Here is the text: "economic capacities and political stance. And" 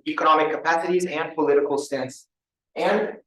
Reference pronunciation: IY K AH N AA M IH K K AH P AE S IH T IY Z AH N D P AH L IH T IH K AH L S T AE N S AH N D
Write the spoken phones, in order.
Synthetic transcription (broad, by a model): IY K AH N AA M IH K K AH P AE S IH T IY Z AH N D P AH L IH T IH K L S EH N S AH N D